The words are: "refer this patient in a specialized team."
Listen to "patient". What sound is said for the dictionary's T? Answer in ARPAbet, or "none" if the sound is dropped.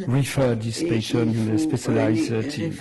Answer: none